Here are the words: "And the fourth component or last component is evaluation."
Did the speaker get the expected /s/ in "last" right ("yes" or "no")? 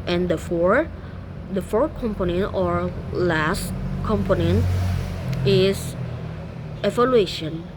yes